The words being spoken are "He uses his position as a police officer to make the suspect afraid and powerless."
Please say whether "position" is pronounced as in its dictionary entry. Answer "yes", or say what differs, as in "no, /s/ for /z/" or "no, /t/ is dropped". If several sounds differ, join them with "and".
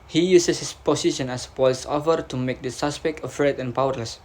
no, /s/ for /z/